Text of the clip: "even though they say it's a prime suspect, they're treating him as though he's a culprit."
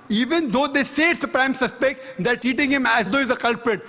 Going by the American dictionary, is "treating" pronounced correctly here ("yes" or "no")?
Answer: no